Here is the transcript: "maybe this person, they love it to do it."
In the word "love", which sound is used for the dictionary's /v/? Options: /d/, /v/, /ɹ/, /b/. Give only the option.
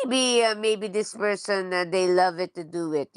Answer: /v/